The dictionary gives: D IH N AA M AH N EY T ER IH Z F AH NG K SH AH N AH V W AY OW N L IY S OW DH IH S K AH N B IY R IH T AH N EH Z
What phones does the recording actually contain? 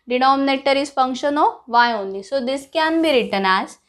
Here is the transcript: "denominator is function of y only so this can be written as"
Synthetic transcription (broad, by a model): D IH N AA M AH N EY T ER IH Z F AH NG K SH AH N AH V AY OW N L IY S OW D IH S K AH N B IY R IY T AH N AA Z